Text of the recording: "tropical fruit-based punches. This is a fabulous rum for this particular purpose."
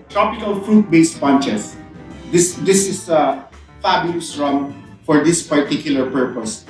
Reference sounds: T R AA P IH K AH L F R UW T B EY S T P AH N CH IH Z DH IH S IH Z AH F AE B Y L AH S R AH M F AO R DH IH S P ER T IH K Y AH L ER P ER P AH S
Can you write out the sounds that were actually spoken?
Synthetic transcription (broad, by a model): T R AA P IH K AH L F R UW T B EY S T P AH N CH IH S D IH S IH S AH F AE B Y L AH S R AH M F AO R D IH S P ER T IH K Y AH L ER P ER P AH S